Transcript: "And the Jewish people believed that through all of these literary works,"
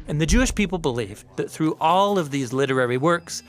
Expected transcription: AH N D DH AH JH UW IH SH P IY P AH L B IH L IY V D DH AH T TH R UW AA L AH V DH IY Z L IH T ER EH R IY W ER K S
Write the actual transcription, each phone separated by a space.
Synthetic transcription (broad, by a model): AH N DH AH JH UW IH SH P IY P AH L B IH L IY V DH AH T TH R UW AA L AH V DH IY Z L IH T ER EH R IY W ER K S